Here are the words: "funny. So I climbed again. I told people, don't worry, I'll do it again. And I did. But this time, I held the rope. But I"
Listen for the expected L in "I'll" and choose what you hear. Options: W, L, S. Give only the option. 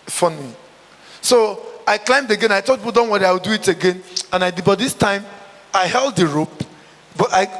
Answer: W